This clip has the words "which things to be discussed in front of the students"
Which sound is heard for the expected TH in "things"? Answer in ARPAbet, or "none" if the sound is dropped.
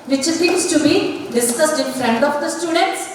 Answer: S